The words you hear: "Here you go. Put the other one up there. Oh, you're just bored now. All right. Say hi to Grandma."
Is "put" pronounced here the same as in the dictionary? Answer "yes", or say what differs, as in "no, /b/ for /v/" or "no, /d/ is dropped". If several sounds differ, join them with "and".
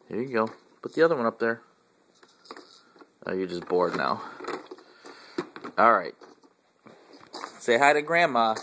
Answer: no, /b/ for /p/